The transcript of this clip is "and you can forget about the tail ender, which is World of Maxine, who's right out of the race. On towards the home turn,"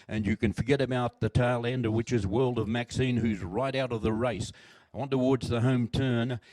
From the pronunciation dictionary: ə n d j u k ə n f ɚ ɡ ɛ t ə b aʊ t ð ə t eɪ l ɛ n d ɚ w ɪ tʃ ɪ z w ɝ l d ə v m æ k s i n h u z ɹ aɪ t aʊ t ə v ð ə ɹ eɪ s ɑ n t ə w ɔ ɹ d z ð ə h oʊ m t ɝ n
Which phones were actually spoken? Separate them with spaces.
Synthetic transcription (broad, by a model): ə n j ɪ k ə n f ɚ ɡ ɛ t ə b aʊ t ð ə t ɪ l ɛ n d ɚ w ɪ tʃ ɪ z w ɝ l d ə v m æ k s i n h u z ɹ aɪ t aʊ t ə v ð ə ɹ eɪ s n t ə w ɔ ɹ d z ð ə h oʊ m t ɝ n